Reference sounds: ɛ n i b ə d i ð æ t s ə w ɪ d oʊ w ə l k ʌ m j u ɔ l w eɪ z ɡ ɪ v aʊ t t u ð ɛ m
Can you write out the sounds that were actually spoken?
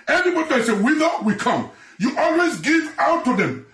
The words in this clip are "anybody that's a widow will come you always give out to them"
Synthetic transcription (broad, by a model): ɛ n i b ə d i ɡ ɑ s ə w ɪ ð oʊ w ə k ʌ m j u ɔ l w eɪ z ɡ ɪ v aʊ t t u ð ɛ m